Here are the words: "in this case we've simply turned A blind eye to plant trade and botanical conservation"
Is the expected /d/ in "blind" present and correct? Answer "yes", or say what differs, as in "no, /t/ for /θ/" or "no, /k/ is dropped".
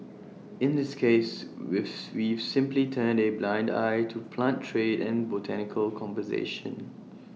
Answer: yes